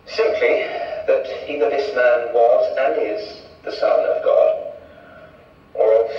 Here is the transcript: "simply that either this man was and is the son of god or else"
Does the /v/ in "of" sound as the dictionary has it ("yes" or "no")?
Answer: yes